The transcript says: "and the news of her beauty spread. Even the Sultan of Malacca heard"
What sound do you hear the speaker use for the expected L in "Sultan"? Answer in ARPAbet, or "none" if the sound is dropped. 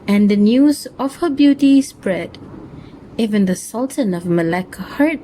L